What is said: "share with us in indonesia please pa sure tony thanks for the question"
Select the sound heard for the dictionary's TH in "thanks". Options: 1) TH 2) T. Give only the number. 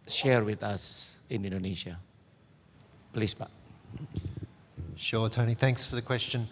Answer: 1